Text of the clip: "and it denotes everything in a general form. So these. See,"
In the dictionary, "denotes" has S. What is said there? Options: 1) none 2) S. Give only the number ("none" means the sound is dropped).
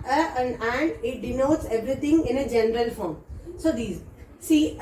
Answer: 2